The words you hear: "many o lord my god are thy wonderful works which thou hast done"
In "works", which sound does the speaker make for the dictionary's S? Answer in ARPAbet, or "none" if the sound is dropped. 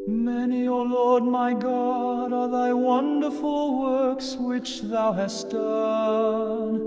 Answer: S